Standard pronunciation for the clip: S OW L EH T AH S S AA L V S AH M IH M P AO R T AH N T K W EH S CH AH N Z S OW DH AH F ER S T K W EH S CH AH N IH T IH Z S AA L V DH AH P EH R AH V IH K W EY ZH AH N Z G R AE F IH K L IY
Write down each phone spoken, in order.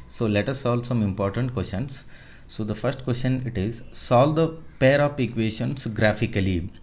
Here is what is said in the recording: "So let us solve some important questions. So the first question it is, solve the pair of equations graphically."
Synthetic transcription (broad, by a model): S OW L EH T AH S S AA L S AH M IH M P AO R T AH N T K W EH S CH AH N S OW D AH F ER S T K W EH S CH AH N IH T IH Z S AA L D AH P EH R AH P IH K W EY SH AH N S G R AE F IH K L IY